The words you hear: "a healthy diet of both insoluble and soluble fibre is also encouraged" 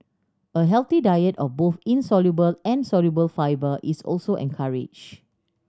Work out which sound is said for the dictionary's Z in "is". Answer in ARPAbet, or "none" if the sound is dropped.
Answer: S